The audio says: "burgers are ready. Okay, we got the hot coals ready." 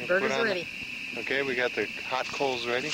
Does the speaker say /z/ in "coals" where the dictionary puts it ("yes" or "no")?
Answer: yes